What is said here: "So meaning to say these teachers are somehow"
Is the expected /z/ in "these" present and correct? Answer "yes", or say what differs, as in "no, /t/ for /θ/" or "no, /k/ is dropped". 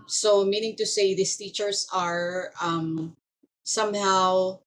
no, /s/ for /z/